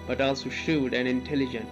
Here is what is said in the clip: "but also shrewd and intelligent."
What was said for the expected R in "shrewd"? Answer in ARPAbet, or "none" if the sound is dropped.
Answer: none